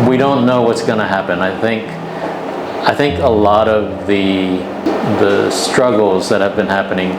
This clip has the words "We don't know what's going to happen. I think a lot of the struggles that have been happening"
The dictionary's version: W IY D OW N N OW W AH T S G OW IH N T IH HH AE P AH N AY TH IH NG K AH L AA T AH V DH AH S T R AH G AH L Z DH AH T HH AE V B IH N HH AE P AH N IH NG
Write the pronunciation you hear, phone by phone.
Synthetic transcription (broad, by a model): W IY D OW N N OW W AH T S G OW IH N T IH HH AE P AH N AY TH IH NG K AH L AA T AH V DH AH S T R AH G L Z DH AH T HH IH V B IH N HH AE P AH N IH NG